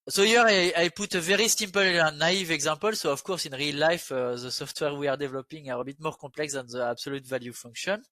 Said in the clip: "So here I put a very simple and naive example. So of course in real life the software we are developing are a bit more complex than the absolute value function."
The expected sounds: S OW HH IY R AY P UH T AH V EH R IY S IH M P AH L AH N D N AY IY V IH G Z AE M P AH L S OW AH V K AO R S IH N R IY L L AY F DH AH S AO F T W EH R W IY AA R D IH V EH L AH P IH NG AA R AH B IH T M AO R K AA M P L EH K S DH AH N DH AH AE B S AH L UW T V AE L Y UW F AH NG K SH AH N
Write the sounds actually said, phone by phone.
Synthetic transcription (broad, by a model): S OW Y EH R AY P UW T AH V EH R IY S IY M P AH L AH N N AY IY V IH G Z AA P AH L S OW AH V K AO R S IH N R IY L L AY F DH AH S AO F T W EH R W IY AA R D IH V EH L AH P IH NG AA R AH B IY T M AO R K AA P L EH K S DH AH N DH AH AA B S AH L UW T V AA L Y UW F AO NG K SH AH N